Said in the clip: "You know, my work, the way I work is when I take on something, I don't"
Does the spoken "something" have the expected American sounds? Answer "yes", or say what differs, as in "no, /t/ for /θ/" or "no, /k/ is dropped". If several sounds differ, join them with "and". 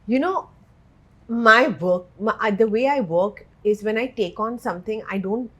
no, /t/ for /θ/